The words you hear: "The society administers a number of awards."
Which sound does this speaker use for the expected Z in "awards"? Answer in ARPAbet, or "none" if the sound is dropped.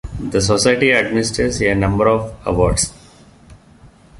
S